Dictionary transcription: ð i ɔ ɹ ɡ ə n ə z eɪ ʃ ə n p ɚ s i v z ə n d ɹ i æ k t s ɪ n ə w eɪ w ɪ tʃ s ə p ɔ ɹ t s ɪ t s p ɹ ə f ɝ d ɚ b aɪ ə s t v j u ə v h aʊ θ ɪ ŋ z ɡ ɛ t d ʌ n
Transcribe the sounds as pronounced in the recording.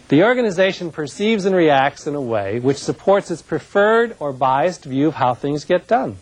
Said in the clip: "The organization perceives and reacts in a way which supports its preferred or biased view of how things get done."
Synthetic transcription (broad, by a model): ð i ɔ ɹ ɡ ə n ə z eɪ ʃ ə n p ɚ s i v z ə n ɹ i æ k t s ɪ n ə w eɪ w ɪ tʃ s ə p ɔ ɹ t s ɪ t s p ɹ ə f ɝ d ɚ b aɪ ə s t v j u ə v h aʊ θ ɪ ŋ z ɡ ɛ t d ʌ n